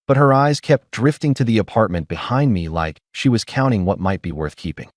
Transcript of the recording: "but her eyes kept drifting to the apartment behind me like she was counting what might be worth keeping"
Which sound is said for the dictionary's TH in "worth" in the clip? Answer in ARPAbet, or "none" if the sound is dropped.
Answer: TH